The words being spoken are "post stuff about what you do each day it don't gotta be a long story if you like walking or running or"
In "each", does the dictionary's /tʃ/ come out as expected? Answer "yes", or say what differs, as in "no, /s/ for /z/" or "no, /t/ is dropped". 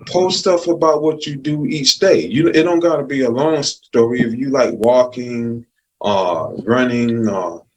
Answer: yes